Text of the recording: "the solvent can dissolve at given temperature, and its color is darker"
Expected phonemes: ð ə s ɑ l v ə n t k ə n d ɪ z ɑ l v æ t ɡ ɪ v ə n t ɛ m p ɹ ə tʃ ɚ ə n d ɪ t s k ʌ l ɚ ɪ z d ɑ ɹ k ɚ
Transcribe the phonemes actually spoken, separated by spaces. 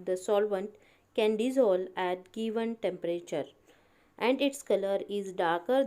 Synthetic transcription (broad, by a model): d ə s ɑ l v ə n t k ə n d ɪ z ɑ l æ t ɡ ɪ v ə n t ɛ m p ɹ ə tʃ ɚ ə n d ɪ t s k ʌ l ɚ ɪ z d ɑ ɹ k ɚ